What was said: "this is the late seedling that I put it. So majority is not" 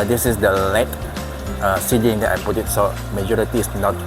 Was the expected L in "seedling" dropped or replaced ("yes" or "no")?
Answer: yes